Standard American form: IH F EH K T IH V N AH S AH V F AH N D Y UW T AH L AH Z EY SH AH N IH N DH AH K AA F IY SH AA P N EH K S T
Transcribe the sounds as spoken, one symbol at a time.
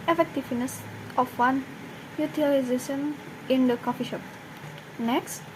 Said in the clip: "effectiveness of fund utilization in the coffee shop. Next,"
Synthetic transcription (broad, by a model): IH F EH K T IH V N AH S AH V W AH N Y UW T AH L AH Z EY SH AH N IH N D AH K AA F IY SH AA P N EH K S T